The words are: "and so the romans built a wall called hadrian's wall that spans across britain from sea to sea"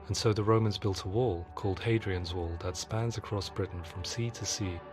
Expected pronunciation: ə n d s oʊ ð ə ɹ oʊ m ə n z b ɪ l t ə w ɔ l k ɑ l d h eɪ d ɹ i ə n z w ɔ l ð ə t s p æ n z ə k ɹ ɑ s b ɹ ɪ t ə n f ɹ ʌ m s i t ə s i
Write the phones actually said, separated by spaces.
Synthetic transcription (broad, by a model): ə n s oʊ ð ə ɹ oʊ m ə n z b ɪ l t ə w ɔ l k ɑ l d h eɪ d ɹ i ə n z w ɔ l ð ə t s p æ n z ə k ɹ ɑ s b ɹ ɪ t n f ɹ ʌ m s i t ə s i